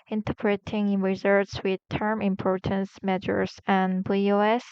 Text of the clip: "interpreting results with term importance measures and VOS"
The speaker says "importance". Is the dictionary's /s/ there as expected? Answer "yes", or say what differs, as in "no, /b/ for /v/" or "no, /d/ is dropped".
yes